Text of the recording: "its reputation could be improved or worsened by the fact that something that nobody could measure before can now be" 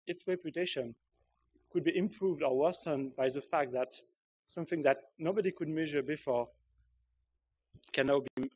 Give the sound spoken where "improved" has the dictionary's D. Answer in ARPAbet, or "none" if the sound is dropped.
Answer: D